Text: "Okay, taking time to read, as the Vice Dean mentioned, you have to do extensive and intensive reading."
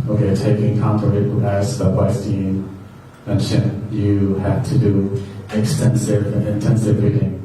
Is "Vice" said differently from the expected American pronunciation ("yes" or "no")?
yes